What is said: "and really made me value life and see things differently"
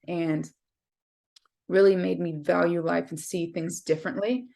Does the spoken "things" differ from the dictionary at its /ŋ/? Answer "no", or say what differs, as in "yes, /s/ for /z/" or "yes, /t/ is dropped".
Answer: no